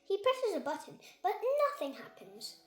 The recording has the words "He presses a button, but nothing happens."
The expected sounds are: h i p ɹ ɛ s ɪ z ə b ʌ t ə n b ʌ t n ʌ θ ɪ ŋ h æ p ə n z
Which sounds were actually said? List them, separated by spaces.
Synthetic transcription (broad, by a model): h i p ɹ ɛ s ɪ z ə b ʌ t n b ʌ t n ʌ θ ɪ ŋ h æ p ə n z